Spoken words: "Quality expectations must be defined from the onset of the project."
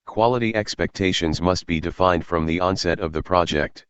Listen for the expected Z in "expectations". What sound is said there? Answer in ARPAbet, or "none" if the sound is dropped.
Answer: Z